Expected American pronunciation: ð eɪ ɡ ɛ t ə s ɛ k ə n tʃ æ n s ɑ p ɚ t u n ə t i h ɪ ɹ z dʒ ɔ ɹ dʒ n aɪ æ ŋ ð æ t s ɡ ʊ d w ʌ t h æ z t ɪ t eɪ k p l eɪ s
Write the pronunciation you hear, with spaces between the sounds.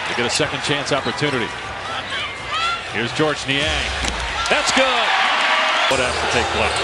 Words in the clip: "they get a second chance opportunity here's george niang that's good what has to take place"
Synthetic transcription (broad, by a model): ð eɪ ɡ ɛ t ə s ɛ k ə n tʃ æ n s ɑ p ɚ t u n ə t i h ɪ ɹ z dʒ ɔ ɹ dʒ n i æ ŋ ð æ t s ɡ ʊ d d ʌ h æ s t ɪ t eɪ k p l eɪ